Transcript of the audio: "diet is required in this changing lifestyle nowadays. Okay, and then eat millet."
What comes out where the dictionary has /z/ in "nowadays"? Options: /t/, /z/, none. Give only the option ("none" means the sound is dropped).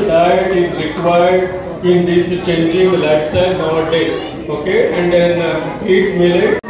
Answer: none